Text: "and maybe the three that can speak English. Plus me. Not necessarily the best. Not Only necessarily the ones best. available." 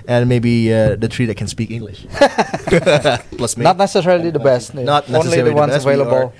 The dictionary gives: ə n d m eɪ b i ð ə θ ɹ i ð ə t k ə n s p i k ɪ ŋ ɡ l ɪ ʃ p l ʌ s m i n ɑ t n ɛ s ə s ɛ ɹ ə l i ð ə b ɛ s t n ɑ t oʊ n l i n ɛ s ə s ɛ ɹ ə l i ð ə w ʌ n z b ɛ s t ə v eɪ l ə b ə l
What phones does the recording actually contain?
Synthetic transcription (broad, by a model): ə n m eɪ b i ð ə t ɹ i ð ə t k ə n s p i k ɪ ŋ ɡ l ɪ ʃ p l ʌ s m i n ɑ t n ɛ s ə s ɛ ɹ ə l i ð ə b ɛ s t n ɑ t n i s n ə ɛ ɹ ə i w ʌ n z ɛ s ə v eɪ l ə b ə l